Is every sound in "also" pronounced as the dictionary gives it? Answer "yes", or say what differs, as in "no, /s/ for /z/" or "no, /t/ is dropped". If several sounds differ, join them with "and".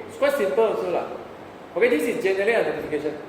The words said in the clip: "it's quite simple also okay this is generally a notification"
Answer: no, /s/ is dropped